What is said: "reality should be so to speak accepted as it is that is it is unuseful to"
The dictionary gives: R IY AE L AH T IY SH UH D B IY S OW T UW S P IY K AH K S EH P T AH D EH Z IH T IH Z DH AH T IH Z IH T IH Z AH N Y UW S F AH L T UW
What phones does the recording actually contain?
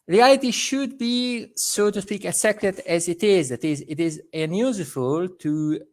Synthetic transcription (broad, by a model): R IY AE L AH T IY SH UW D B IY S OW T UW S P IY K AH S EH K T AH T EH Z IH T IH Z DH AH T IH Z IH T IH Z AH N Y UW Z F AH L T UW